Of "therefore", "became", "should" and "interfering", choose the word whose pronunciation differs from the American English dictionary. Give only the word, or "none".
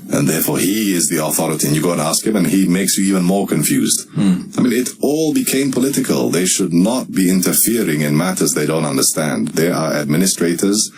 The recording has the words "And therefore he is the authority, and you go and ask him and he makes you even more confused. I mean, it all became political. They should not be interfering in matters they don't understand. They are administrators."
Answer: none